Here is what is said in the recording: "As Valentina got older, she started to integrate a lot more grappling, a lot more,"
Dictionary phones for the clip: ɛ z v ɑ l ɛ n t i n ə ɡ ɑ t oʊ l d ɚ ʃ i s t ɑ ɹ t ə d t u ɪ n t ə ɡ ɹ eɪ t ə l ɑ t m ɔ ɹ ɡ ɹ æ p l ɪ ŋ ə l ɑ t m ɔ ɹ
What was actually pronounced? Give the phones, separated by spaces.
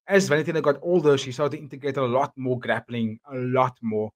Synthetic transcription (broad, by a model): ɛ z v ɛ n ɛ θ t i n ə ɡ ɑ t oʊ l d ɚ ʃ i s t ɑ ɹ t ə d t u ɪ n t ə ɡ ɹ eɪ t ə l ɑ t m ɔ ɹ ɡ ɹ æ p l ɪ ŋ ə l ɑ t m ɔ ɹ